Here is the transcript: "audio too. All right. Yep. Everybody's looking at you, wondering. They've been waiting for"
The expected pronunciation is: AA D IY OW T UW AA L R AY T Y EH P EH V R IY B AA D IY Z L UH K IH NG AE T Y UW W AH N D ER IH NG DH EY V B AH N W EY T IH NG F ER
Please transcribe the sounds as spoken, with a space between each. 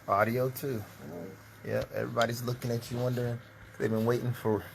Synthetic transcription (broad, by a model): AA D IY OW T UW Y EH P EH V R IY B AA D IY Z L UH K IH NG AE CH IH W AH N D ER IH NG DH EY V B AH N W EY T IH NG F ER